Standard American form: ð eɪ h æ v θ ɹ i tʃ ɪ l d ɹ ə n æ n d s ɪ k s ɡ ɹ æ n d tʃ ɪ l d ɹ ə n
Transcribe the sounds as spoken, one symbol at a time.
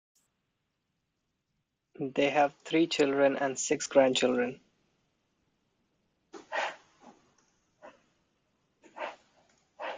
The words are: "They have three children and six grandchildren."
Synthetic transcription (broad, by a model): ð eɪ h æ v t ɹ i tʃ ɪ l d ɹ ə n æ n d s ɪ k s ɡ ɹ æ n d tʃ ɪ l d ɹ ə n